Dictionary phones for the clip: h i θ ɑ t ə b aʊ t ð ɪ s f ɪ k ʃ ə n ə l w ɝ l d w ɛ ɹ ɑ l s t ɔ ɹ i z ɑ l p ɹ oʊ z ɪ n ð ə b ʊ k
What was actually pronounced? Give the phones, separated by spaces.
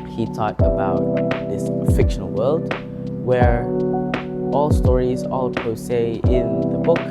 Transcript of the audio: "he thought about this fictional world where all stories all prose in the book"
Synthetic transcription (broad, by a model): h i t ɑ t ə b aʊ t ð ɪ s f ɪ k ʃ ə n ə l w ɝ l d w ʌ ɹ ɑ l s t ɔ ɹ i z ɑ l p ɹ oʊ s ɪ n ð ə b ʊ k